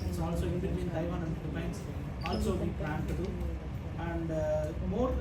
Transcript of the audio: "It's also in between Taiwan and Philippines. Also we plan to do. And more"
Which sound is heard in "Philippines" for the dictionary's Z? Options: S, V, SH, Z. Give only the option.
S